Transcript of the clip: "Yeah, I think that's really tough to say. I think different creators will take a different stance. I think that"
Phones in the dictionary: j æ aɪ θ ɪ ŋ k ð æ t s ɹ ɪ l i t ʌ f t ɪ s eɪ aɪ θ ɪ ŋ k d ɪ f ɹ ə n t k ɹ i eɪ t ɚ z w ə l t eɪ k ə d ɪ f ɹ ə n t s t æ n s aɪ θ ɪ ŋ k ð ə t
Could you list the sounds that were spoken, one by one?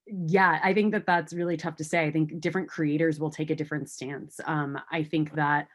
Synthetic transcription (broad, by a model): j æ aɪ θ ɪ ŋ k ð æ t s ɹ ɪ l i t ʌ f t ɪ s eɪ aɪ θ ɪ ŋ k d ɪ f ɹ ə n k ɹ i eɪ t ɚ z w ə l t eɪ k ə d ɪ f ɹ ə n t s t æ n s aɪ θ ɪ ŋ k ð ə t